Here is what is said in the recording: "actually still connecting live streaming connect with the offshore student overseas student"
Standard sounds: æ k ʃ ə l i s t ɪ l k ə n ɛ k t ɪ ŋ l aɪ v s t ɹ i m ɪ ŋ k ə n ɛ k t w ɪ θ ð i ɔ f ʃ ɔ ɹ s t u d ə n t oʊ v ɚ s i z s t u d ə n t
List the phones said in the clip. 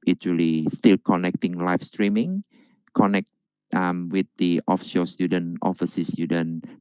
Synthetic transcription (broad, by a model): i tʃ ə l i s t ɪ l k ə n ɛ k t ɪ ŋ l aɪ f s t ɹ i m ɪ ŋ k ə n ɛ k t w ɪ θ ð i ɔ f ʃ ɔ s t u d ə n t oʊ f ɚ s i s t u d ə n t